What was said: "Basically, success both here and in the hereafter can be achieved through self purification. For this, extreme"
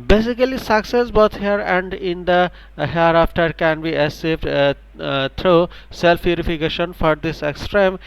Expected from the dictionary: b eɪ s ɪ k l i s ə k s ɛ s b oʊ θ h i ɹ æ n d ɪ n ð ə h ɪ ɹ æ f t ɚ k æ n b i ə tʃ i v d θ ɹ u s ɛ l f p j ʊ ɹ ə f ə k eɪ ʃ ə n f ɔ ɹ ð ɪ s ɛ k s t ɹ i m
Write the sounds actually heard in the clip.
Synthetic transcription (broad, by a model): b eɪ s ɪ k l i s ə k s ɛ s b oʊ t h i ɹ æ n d ɪ n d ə h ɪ ɹ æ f t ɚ k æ n b i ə s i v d t ɹ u s ɛ l f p j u ɹ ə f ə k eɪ ʃ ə n f ɔ ɹ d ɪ s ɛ k s t ɹ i m